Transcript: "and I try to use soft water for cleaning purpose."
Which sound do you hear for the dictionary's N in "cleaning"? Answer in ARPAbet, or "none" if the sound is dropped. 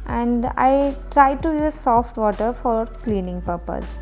N